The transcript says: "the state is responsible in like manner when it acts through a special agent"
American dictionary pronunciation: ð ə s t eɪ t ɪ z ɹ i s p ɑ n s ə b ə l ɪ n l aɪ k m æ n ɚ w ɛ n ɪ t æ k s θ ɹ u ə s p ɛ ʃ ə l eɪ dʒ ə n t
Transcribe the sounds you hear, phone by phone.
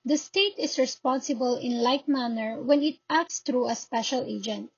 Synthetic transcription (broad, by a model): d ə s t eɪ t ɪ s ɹ i s p ɑ n s ə b ə l ɪ n l aɪ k m æ n ɚ w ɛ n ɪ t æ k s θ ɹ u ə s p ɛ ʃ ə l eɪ dʒ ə n t